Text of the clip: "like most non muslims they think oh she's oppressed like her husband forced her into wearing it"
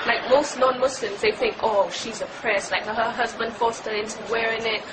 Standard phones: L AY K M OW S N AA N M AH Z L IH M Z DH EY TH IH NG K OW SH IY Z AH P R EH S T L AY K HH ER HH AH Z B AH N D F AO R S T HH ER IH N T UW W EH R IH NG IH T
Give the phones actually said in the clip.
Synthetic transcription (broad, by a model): L AY K M OW S N AA N M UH S L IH M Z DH EY TH IH NG K OW SH IY Z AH P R EH S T L AY K HH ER HH AH Z B AH N D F AO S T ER IH N T UW W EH R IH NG IH T